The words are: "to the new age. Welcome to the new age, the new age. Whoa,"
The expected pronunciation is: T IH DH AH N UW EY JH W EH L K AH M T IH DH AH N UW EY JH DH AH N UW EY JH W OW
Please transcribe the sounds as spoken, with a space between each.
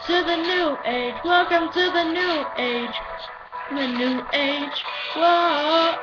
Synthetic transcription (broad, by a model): T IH DH AH N UW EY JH W EH L K AH M T IH DH AH N UW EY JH DH AH N UW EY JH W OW